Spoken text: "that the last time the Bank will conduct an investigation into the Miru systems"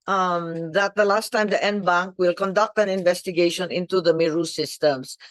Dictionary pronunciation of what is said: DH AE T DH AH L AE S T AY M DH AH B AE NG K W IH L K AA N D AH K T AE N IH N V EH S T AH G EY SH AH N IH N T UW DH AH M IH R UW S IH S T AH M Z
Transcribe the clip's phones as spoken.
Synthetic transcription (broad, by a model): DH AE T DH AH L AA S T AY M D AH B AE NG K W IH L K AA N D AH K T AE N IH N V EH S T AH G EY SH AH N IH N T UW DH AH M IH R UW S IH S T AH M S